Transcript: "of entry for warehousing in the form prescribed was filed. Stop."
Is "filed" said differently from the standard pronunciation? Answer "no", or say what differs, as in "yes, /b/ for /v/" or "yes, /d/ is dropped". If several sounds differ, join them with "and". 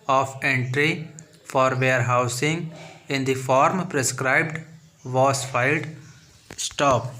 no